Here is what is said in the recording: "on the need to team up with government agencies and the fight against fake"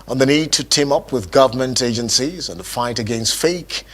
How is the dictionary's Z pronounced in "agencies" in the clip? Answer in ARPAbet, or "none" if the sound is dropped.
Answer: Z